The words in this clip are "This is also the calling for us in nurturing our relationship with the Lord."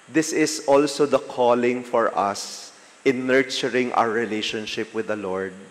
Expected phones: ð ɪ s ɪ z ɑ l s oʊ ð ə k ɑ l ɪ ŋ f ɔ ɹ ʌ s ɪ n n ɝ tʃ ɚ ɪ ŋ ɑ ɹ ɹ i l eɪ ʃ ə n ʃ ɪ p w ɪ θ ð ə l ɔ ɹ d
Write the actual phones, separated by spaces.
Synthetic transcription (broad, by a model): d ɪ s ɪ s ɑ l s oʊ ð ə k ɑ l ɪ ŋ f ɔ ɹ ʌ s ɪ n n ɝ tʃ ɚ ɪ ŋ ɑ w ɹ i l eɪ ʃ ə n ʃ ɪ p w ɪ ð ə l ɔ ɹ d